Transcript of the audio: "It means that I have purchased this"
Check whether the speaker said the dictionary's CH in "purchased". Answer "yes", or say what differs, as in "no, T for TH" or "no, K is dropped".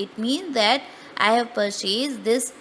no, S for CH